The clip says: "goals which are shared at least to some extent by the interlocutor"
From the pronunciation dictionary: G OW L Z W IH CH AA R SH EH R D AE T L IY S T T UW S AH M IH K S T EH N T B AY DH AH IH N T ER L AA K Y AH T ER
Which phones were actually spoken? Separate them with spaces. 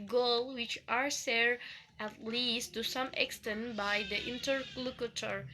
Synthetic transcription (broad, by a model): G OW L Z W IH CH AA R S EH R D AE T L IY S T T UW S AH M IH K S T EH N T B AY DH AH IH N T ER L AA K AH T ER